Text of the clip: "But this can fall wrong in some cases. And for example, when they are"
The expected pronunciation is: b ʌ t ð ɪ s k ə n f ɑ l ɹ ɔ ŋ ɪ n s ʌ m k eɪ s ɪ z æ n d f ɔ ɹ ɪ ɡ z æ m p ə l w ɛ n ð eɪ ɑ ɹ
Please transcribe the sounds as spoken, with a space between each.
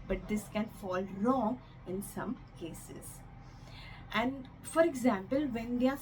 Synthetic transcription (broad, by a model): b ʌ t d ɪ s k ə n f ɑ l ɹ ɔ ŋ ɪ n s ʌ m k eɪ s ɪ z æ n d f ɔ ɹ ɪ ɡ z æ m p ə l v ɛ n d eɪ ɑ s